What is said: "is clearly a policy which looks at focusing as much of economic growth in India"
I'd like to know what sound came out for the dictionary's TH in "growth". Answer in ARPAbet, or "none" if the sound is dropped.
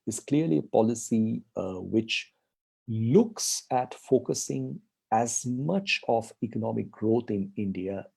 T